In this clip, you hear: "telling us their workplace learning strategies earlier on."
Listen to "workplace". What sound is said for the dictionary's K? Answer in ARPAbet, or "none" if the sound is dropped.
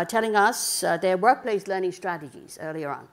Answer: K